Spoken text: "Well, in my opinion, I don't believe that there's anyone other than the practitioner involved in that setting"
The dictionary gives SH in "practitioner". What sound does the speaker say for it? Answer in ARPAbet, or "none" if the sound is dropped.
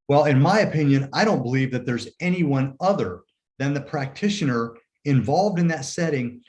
SH